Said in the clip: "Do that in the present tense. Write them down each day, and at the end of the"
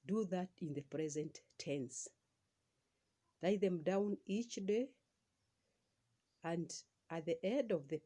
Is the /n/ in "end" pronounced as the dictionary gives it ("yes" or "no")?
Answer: no